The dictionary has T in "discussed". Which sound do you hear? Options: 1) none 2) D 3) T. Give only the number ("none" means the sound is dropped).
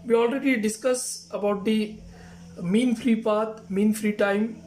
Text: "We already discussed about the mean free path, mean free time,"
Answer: 1